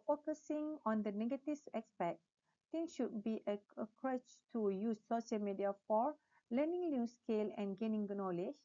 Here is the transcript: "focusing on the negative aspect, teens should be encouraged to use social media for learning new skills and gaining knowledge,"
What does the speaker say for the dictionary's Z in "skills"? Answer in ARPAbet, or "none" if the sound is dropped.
none